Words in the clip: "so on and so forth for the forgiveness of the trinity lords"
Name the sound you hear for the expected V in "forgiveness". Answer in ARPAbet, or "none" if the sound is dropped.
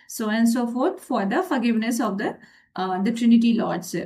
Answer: V